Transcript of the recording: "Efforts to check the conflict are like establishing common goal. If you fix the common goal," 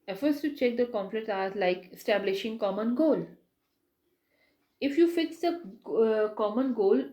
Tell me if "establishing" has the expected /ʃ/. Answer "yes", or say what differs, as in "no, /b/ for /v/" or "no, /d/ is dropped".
yes